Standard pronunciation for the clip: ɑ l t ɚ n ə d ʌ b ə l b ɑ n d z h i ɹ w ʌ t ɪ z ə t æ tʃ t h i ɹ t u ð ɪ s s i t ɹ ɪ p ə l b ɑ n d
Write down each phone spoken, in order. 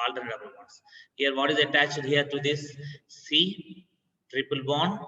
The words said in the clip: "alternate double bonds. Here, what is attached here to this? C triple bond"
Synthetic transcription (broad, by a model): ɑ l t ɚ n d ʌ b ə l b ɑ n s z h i ɹ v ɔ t ɪ z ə t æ tʃ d h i ɹ t u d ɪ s s i t ɹ ɪ p ə l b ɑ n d